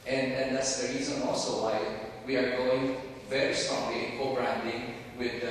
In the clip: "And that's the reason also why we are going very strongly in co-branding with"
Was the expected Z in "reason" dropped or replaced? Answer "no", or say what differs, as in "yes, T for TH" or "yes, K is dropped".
no